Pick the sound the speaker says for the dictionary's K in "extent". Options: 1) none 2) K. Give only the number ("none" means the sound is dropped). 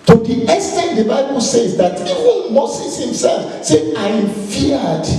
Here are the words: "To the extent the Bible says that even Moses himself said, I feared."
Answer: 1